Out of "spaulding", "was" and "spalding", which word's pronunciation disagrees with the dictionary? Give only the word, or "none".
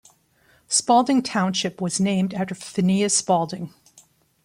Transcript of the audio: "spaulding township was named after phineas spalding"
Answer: none